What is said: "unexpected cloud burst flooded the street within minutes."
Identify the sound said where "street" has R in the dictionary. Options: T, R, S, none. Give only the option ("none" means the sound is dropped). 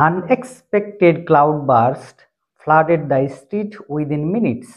R